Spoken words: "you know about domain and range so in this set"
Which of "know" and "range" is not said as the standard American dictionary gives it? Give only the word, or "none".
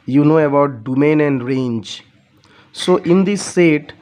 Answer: none